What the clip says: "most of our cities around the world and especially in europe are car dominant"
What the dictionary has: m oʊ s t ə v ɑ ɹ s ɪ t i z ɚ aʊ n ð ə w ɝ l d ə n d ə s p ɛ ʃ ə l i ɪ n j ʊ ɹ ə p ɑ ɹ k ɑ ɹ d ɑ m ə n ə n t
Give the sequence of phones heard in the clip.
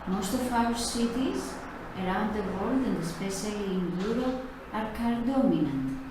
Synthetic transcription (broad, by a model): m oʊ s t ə f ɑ w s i t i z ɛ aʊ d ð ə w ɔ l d ə n d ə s p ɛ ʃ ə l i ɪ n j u ɹ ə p ɑ ɹ k ɑ ɹ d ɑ m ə n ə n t